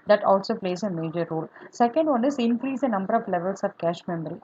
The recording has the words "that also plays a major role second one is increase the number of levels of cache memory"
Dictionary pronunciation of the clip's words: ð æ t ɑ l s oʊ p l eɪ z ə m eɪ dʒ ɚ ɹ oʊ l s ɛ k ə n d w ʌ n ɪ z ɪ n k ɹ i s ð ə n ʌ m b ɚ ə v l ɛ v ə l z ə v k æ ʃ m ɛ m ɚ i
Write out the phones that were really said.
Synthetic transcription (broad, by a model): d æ t ɑ l s oʊ p l eɪ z ə m eɪ dʒ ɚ ɹ oʊ l s ɛ k ə n d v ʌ n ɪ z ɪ n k ɹ i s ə n ʌ m b ɚ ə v l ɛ v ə l s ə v k æ ʃ m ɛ m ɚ i